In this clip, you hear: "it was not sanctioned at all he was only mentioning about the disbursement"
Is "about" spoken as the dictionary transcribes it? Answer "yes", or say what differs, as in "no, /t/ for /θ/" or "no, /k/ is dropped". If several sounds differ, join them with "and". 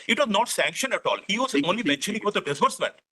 no, /b/ is dropped